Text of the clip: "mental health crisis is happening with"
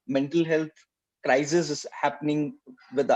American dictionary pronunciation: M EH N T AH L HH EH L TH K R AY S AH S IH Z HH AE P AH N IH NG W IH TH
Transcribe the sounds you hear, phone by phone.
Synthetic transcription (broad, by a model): M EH N T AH L HH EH L T K R AY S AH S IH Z HH AE P AH N IH NG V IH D